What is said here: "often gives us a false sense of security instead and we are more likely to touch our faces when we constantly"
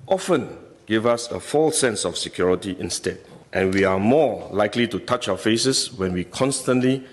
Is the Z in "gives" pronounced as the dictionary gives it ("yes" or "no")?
no